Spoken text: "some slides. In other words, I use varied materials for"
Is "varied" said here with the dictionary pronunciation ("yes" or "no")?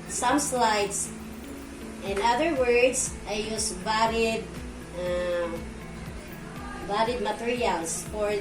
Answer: no